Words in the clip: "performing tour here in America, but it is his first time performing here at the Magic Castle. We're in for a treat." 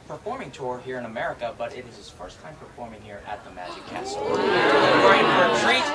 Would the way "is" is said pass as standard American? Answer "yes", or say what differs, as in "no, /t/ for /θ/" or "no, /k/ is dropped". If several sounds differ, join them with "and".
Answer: yes